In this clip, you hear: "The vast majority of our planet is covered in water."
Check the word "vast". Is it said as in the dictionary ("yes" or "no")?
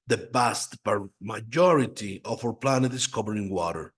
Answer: no